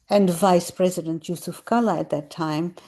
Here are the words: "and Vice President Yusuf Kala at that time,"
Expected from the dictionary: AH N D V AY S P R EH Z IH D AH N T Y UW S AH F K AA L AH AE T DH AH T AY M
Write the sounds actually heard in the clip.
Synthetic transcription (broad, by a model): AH N D V AY S P R EH Z IH D AH N T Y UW S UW F K AA L AH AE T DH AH T AY M